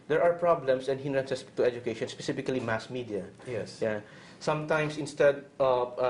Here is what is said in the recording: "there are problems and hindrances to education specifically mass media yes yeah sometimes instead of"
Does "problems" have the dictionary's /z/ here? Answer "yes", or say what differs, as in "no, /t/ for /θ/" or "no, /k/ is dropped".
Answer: no, /s/ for /z/